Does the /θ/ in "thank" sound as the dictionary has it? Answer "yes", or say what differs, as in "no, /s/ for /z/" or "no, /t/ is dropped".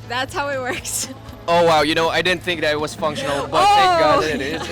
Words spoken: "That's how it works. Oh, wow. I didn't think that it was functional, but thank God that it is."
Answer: no, /t/ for /θ/